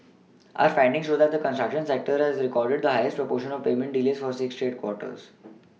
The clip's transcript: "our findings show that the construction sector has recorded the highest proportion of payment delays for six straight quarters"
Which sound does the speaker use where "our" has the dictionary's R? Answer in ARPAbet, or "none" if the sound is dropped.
R